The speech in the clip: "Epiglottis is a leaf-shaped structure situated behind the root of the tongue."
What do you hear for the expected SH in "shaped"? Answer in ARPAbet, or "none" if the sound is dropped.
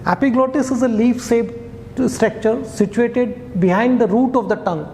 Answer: S